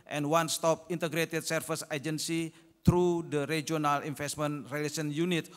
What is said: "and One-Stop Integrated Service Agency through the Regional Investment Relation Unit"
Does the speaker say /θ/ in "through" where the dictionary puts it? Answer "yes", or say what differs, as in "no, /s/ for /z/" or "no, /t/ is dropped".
no, /t/ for /θ/